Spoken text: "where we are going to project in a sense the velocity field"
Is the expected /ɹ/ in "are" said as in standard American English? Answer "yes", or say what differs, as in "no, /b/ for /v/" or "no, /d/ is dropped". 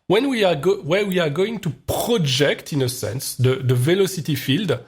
no, /w/ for /ɹ/